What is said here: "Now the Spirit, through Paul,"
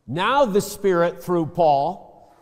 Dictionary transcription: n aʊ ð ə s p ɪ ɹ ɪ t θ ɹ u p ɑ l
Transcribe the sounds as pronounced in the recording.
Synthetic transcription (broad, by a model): n aʊ ð ə s p ɪ ɹ ɪ t θ ɹ u p ɑ l